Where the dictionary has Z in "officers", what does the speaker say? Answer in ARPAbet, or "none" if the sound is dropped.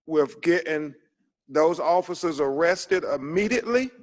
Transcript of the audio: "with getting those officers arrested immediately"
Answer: Z